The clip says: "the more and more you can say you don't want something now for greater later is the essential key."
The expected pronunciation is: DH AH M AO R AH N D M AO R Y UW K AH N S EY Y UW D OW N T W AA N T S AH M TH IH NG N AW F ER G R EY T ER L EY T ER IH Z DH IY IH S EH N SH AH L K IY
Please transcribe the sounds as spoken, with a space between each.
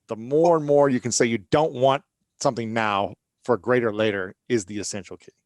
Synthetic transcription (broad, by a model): DH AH M AO R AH N M AO R Y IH K AH N S EY Y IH D OW N T W AA N T S AH M TH IH NG N AW F ER G R EY T ER L EY T ER IH Z DH IY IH S EH N SH L K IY